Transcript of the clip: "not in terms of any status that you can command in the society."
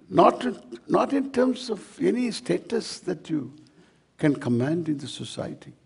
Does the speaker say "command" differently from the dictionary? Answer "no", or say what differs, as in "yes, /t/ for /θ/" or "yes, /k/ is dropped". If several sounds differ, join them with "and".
no